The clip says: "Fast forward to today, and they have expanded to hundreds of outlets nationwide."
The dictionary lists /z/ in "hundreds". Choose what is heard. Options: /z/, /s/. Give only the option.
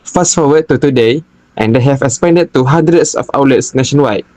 /s/